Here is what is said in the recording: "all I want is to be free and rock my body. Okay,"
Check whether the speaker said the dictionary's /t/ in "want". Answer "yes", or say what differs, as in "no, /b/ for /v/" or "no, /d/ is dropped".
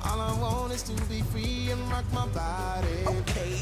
no, /t/ is dropped